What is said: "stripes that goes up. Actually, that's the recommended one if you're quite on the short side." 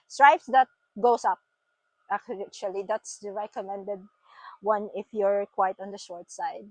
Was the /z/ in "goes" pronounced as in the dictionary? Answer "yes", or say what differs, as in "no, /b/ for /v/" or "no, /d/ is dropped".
no, /s/ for /z/